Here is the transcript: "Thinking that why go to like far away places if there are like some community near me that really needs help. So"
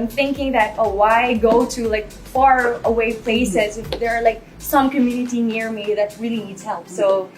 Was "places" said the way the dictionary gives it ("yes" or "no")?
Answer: yes